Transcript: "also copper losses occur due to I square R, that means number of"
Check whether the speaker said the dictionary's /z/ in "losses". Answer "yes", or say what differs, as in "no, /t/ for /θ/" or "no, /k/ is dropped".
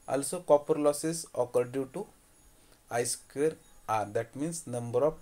no, /s/ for /z/